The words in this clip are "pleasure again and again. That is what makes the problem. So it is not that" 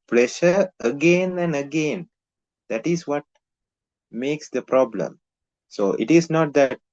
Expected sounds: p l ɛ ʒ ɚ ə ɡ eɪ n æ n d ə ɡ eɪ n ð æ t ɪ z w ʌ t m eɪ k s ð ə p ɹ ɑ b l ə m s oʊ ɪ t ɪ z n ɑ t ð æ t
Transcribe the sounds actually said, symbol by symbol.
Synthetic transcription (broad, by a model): p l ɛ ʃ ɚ ə ɡ eɪ n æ n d ə ɡ eɪ n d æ t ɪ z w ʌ t m eɪ k s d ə p ɹ ɑ b l ə m s oʊ ɪ t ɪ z n ɑ t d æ t